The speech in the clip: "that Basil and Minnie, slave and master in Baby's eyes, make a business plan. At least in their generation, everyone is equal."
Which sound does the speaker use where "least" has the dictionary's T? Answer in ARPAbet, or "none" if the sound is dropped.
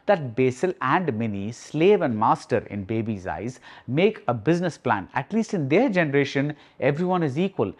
T